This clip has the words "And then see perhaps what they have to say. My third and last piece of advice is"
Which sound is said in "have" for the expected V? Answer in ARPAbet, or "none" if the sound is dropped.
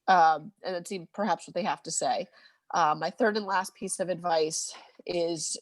F